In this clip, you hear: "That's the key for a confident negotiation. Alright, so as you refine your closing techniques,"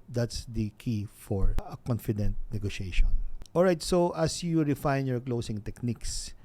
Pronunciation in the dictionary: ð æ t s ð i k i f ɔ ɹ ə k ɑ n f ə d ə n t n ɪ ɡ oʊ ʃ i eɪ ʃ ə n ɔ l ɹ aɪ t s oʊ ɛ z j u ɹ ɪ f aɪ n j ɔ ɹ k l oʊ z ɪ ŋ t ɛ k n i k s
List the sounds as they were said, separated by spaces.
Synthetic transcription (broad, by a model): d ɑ t s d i k i f ɔ ɹ ə k ɑ n f ə d ə n t n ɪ ɡ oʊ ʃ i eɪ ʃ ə n ɔ l ɹ aɪ t s oʊ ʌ s j u ɹ ɪ f aɪ n j ɔ ɹ k l oʊ s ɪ ŋ t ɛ k n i k s